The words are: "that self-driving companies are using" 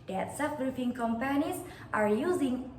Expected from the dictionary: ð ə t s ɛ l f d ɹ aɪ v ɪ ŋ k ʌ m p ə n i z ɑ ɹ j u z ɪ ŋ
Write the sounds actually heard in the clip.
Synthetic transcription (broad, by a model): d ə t s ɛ f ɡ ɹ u f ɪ ŋ k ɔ m p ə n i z ɑ ɹ j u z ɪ ŋ